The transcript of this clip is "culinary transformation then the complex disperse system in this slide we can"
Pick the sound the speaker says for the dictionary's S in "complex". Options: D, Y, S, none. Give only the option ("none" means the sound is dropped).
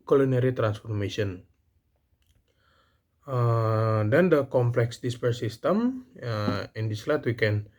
S